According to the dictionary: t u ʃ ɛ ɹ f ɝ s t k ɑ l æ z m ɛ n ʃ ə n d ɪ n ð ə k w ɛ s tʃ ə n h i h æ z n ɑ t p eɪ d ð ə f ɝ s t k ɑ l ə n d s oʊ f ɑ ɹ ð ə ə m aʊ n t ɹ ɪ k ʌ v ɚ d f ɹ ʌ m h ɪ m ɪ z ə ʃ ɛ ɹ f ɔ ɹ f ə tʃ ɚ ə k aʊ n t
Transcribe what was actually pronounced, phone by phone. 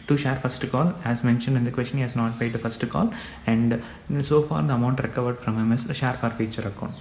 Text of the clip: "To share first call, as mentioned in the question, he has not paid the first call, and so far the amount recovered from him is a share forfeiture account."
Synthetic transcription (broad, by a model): t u ʃ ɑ ɹ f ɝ s t k ɑ l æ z m ɛ n ʃ ə n d ɪ n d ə k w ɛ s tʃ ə n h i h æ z n ɑ t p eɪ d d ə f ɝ s t k ɑ l ə n d s oʊ f ɑ ɹ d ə ə m aʊ n t ɹ ɪ k ʌ v ɚ d f ɹ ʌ m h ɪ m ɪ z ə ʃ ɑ ɹ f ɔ ɹ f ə tʃ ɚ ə k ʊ n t